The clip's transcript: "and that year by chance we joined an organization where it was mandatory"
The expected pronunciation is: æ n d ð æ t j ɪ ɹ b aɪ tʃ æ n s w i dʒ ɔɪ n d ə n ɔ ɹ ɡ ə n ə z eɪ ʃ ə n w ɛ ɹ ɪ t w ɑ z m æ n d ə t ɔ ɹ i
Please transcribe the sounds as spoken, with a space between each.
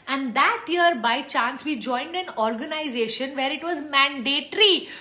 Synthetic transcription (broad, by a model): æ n d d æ t j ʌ ɹ b aɪ tʃ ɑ n s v i dʒ ɔɪ n d ə n ɔ ɹ ɡ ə n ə z eɪ ʃ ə n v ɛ ɹ ɪ t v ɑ z m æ n d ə t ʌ ɹ i